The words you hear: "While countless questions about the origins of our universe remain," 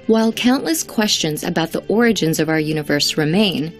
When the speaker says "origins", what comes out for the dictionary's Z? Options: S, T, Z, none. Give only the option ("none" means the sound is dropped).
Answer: Z